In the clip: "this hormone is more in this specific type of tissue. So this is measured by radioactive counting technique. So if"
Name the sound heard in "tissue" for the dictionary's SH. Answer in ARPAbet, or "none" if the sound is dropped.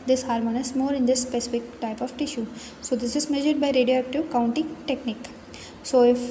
SH